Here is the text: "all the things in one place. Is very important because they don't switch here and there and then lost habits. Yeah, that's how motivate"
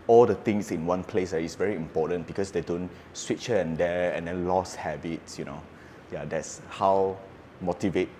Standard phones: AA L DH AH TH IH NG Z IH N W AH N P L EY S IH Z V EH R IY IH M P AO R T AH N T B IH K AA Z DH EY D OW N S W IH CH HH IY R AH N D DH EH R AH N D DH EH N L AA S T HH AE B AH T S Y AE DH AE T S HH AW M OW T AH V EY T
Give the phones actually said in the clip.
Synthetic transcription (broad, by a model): AA L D AH T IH NG S IH N W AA N P L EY S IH S V EH R IY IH M P AO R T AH N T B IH K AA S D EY D OW N S W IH CH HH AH AH N D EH AH N D EH N L AA S HH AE B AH T S Y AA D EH T S HH AW M OW T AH V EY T